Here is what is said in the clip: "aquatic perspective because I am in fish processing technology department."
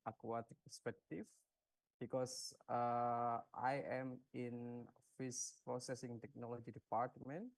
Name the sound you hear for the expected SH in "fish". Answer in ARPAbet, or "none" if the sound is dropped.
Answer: S